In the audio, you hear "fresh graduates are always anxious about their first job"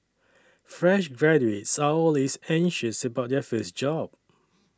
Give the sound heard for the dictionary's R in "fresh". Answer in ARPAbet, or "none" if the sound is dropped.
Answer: R